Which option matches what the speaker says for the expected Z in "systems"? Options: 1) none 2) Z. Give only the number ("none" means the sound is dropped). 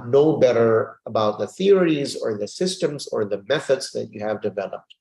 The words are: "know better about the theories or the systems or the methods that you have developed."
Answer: 2